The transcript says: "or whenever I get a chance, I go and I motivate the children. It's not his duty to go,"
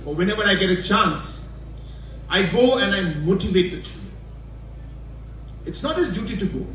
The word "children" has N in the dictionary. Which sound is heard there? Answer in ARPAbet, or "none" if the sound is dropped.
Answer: none